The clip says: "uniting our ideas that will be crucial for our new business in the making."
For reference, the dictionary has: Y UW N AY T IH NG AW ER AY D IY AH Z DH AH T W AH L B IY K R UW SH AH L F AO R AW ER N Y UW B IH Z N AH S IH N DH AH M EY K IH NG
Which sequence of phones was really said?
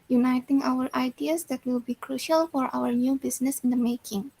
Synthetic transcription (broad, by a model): Y UW N AY T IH NG AW ER AY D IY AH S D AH T W AH L B IY K R UW SH AH L F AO R AW ER N Y UW B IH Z N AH S IH N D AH M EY K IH NG